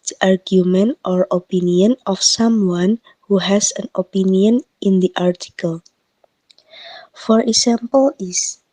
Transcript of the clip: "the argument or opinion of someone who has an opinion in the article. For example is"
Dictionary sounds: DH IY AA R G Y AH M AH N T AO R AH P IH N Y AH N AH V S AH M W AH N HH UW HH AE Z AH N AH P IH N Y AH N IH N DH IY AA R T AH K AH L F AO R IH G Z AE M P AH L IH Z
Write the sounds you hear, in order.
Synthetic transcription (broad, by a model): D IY AA R G Y AH M AH N T AO R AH P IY N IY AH N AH F S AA M W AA N HH UW HH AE S AH N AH P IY N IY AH N IH N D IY AA R T AH K AH L F AO R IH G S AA M P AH L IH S